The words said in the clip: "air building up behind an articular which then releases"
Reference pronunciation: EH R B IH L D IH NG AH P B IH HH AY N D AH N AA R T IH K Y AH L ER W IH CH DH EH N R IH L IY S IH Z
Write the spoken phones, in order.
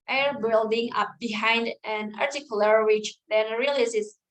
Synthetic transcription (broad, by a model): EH R B IH L D IH NG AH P B IH HH AY N D AH N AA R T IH K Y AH L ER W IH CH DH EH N R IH L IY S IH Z